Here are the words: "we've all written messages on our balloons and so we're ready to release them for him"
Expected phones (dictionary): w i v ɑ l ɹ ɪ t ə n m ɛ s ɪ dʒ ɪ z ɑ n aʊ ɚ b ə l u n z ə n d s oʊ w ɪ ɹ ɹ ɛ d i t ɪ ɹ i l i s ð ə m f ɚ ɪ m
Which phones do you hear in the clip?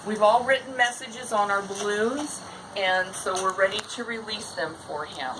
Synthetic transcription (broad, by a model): w i v ɑ l ɹ ɪ t n m ɛ s ɪ dʒ ɪ z n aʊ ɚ b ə l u z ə n s oʊ w ɪ ɹ ɹ ɛ d i t ɪ ɹ i l i s ð ə m f ɚ ɪ m